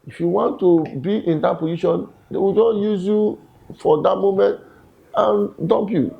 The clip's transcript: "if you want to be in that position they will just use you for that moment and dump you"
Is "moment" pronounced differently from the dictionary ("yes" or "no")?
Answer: no